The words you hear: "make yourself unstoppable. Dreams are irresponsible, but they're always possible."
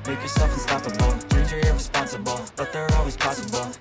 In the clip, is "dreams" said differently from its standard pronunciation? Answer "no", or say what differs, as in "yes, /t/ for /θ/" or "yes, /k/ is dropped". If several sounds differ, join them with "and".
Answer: yes, /m/ is dropped